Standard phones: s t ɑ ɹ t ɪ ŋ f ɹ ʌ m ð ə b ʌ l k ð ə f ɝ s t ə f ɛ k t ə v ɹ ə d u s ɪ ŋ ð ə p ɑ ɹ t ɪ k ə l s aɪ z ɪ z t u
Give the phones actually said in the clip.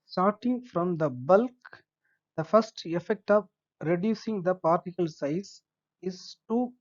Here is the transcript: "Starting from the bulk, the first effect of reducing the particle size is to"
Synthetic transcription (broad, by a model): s t ɑ ɹ t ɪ ŋ f ɹ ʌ m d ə b ʌ l k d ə f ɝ s t ə f ɛ k t ə v ɹ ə d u s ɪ ŋ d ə p ɑ ɹ t ɪ k ə l s aɪ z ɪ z t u